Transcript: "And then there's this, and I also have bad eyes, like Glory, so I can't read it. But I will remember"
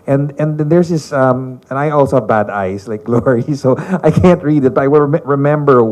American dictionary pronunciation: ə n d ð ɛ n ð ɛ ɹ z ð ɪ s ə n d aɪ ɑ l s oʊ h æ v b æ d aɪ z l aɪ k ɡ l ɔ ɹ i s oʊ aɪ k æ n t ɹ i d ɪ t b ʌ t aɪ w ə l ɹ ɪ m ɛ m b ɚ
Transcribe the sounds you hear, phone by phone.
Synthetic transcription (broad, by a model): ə n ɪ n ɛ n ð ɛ ɹ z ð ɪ s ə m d aɪ ɑ l s oʊ h æ v b æ d aɪ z l aɪ k ɡ l ɔ ɹ i s oʊ aɪ k æ n t ɹ i d ɪ t b ʌ t aɪ w ə l ɹ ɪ m ɛ m b ɚ